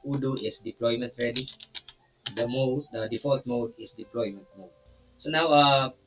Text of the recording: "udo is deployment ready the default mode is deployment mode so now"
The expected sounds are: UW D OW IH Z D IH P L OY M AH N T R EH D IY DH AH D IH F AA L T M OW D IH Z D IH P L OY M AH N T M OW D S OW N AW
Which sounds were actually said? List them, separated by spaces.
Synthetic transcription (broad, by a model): UW D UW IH S D IH P L OY M AH N T R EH D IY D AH D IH F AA T M OW D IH S D IH P L OY M AH N T M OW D S OW N AW